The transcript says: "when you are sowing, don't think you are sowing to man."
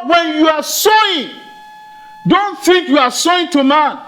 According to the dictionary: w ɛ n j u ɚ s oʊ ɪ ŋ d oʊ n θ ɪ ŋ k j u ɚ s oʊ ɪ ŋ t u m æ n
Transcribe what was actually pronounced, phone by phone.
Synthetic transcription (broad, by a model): w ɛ n j u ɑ s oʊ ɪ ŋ d oʊ n f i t j u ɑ s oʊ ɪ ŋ t u m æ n